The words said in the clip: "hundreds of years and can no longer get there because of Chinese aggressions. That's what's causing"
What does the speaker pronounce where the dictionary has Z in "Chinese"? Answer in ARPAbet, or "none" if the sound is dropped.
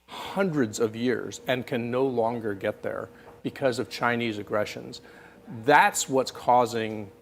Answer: Z